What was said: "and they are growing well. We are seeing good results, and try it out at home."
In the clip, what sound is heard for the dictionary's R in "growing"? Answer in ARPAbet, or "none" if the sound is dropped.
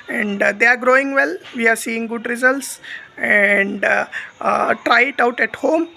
R